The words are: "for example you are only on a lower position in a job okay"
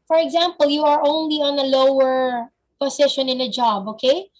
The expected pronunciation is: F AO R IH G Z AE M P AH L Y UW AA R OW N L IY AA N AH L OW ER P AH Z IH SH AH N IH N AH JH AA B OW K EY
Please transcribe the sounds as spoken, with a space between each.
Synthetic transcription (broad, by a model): F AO R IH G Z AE M P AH L Y UW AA R OW N L IY AA N AH L OW ER P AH S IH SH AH N IH N AH JH AA B OW K EY